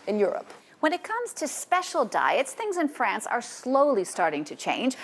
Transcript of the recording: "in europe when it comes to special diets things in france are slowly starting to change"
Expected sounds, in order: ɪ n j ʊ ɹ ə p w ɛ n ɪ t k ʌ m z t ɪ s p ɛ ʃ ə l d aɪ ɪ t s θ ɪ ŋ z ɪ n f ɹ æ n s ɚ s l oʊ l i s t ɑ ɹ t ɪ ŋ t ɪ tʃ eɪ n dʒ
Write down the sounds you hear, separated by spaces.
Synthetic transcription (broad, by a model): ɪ n j ʊ ɹ ə p w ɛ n ɪ t k ʌ m z t ɪ s p ɛ ʃ l d aɪ ɪ t s θ ɪ ŋ z ɪ n f ɹ æ n s ɚ s l oʊ l i s t ɑ ɹ t ɪ ŋ t ɪ tʃ eɪ n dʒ